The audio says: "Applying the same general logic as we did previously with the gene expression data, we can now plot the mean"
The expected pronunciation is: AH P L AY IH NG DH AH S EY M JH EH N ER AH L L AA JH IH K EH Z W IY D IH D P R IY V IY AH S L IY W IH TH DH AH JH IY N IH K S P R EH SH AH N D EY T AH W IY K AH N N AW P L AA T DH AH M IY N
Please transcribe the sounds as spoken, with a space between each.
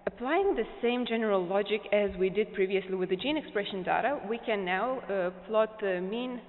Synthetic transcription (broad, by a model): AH P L AY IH NG DH AH S EY M JH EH N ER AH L L AA JH IH K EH Z W IY D IH D P R IY V IY AH S L IY W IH DH AH JH IY N IH K S P R EH SH AH N D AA T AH W IY K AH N N AW P L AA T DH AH M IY N